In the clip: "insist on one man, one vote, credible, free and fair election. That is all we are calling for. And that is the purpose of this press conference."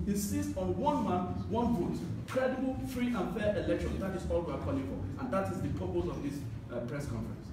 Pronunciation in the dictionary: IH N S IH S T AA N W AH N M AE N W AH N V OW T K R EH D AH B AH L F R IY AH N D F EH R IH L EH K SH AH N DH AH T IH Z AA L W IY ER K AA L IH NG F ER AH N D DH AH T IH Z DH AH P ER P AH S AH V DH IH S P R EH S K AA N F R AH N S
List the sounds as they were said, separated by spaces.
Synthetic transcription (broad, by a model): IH N S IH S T AA N W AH N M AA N W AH N B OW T K R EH D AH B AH L F R IY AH N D F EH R IH L EH K SH AH N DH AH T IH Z AA L W IY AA K AA L IH NG F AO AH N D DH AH T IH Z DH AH P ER P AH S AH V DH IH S P R EH S K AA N F R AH N S